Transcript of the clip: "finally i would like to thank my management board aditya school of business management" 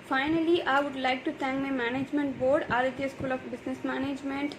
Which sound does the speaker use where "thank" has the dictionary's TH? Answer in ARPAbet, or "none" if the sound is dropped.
T